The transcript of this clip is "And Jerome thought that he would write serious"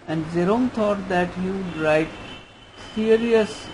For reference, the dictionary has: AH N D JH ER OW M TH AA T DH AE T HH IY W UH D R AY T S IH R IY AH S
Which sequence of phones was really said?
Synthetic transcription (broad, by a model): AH N D Z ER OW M T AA T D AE T HH IY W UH D R AY T S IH R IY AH S